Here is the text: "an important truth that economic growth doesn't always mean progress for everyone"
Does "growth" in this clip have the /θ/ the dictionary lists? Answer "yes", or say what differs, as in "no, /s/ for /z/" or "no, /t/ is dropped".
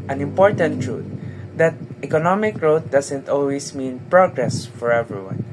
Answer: no, /t/ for /θ/